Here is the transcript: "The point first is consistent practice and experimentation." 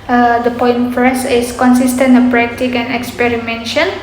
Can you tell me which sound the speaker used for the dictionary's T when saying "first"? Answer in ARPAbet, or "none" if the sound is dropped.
none